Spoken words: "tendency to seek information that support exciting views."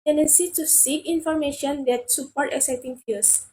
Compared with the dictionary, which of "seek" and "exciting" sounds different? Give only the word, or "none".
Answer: exciting